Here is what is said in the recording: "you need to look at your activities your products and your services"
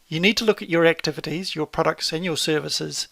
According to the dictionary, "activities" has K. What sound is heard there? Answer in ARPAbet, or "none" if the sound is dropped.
K